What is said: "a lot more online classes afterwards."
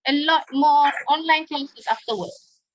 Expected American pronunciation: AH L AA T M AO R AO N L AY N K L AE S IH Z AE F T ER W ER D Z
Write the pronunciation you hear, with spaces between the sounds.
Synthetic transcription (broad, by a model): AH L AA T M AO AO N L AY N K EH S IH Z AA F T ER W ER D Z